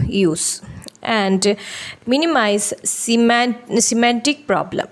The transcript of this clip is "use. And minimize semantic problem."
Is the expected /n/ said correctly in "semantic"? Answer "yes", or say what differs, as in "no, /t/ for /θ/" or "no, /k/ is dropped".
no, /n/ is dropped